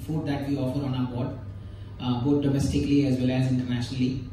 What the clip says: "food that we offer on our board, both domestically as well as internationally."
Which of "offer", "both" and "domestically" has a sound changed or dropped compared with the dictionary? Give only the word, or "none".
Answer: both